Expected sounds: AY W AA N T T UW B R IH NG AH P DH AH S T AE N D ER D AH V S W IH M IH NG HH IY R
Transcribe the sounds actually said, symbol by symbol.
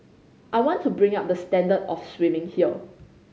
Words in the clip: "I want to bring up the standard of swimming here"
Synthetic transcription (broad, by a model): AY W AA N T T UW B R IH NG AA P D AH S T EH N D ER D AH F S W IH M IH NG HH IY L